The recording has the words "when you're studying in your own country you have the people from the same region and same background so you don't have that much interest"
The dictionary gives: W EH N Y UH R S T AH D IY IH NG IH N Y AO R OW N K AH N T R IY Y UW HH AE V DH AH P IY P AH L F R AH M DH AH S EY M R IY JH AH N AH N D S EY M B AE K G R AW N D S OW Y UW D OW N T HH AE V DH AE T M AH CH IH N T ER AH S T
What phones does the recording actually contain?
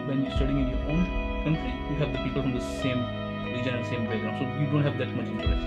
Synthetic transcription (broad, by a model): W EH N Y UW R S T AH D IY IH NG IH N Y AO R OW N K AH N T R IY Y UW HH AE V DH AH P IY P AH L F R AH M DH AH S EY M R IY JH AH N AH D S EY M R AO G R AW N S OW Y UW D OW N T HH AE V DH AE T M AH CH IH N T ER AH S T